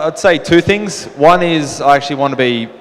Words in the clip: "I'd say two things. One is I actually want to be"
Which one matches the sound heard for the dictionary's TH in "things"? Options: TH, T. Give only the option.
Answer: TH